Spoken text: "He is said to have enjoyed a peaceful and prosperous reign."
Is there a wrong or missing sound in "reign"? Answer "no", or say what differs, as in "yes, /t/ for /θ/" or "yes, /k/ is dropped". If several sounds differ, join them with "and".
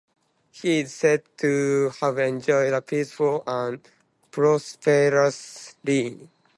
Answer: yes, /l/ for /ɹ/ and /n/ is dropped